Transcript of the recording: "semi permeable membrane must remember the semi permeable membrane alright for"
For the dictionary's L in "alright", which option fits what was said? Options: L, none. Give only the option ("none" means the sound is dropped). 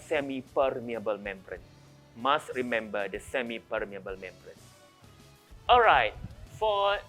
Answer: L